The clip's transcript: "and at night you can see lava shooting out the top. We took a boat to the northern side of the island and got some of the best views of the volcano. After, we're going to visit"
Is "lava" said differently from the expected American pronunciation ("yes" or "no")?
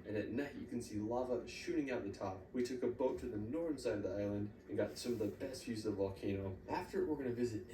no